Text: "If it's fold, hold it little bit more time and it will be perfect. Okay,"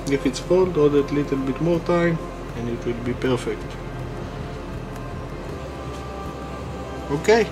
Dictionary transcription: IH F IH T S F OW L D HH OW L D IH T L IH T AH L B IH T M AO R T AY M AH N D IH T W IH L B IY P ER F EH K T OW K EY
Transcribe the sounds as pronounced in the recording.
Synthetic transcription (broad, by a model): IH F IH T S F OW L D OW D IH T L IH T AH L B IH T M AO R T AY M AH N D IH T W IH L B IY P ER F EH K T OW K EY